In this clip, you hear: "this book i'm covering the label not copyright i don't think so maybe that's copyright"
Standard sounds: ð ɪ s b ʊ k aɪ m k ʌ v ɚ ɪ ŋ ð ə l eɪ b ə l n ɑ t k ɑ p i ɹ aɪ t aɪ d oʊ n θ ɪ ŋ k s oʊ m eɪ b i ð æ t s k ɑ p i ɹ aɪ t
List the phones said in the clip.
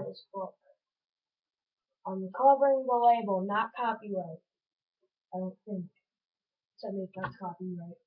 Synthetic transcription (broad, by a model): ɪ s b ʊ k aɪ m k ʌ v ɚ ɪ ŋ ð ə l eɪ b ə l n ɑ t k ɑ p i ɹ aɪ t aɪ d oʊ n θ ɪ ŋ k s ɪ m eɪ i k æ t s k ɑ p i ɹ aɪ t